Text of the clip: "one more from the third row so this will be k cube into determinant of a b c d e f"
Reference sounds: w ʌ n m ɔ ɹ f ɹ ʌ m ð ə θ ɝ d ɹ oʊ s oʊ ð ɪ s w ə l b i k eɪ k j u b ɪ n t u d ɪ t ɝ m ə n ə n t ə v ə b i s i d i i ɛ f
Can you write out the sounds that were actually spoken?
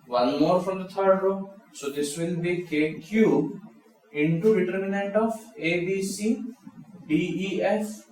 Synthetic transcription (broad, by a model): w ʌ n m ɔ ɹ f ɹ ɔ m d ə t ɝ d ɹ oʊ s oʊ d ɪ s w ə n b i k eɪ k j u ɪ n t u d ɪ t ɝ m ə n ə n t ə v ə b i s i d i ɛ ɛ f